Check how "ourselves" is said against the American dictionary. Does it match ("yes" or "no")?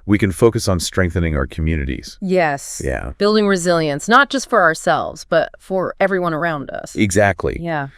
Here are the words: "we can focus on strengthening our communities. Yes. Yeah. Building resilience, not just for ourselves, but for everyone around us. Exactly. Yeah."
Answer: yes